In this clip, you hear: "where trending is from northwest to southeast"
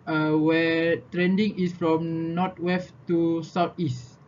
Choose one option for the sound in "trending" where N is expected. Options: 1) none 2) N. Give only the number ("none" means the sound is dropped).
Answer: 2